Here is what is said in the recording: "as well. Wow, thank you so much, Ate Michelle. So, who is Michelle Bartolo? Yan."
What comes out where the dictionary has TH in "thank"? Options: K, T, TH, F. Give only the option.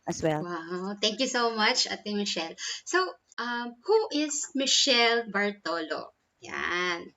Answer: T